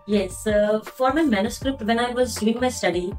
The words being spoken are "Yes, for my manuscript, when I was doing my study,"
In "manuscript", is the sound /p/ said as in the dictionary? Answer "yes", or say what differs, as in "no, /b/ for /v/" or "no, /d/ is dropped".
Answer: yes